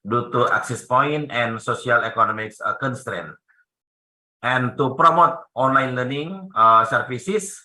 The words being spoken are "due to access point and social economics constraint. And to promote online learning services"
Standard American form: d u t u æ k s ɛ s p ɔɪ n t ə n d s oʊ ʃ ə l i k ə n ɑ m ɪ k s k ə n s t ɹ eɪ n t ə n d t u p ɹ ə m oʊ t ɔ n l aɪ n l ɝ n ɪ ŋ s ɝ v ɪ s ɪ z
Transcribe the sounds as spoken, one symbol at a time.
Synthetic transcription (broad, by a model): d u t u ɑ k s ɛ s p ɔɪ n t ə n s oʊ s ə l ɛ k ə n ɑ m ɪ k s k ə n s t ɹ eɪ n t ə n t u p ɹ ə m oʊ t ɔ n l aɪ n l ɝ n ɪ ŋ s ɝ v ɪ s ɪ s